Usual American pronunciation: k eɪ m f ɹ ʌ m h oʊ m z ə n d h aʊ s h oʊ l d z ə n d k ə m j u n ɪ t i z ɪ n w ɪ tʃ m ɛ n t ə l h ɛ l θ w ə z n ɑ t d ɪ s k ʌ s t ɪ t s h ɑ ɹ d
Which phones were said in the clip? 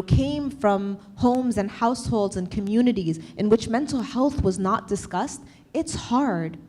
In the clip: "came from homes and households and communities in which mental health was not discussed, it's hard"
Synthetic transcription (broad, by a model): k eɪ m f ɹ ʌ m h oʊ m z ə n h aʊ s h oʊ l d z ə n k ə m j u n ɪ t i z ɪ n w ɪ tʃ m ɛ n t l h ɛ l θ w ə z n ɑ t d ɪ s k ʌ s t ɪ t s h ɑ ɹ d